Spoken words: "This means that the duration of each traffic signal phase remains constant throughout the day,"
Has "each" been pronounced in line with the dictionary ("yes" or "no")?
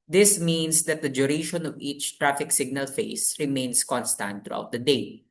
yes